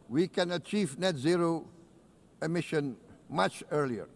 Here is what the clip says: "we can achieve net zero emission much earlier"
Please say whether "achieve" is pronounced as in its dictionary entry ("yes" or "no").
yes